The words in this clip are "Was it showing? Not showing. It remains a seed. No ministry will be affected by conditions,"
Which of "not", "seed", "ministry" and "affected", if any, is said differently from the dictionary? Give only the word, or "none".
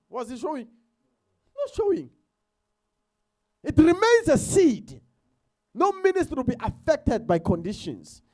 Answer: ministry